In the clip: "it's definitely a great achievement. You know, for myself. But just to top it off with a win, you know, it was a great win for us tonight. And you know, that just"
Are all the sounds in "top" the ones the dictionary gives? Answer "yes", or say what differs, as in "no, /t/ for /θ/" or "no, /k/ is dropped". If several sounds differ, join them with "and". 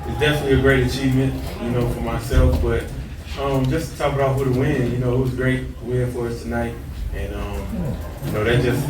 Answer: no, /b/ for /p/